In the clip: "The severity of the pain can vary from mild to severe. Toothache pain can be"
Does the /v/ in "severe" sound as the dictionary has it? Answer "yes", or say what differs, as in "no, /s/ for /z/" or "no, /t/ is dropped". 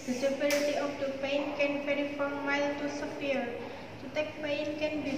no, /p/ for /v/